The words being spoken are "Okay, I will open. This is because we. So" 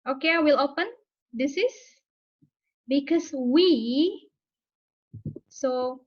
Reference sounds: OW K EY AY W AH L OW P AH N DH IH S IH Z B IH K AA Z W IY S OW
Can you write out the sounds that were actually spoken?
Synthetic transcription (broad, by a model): OW K EY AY W AH L OW P AH N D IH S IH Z B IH K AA S W IY S OW